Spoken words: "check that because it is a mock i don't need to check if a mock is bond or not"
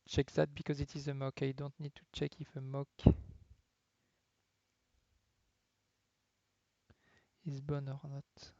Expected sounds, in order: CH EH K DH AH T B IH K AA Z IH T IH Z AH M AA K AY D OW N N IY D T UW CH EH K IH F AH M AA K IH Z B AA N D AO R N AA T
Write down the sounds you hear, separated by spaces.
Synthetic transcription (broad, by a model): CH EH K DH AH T B IH K AA Z IH T IH Z AH M AA K AY D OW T N IY D T UW CH EH K IH F AH M AA K IH Z B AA N AO R N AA T